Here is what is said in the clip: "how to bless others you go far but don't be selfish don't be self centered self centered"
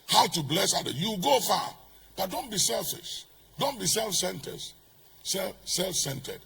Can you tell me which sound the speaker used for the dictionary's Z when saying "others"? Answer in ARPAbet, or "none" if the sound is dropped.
none